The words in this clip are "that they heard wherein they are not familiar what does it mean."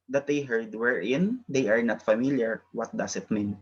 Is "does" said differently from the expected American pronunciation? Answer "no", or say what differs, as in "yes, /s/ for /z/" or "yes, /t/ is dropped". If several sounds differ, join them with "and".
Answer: yes, /s/ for /z/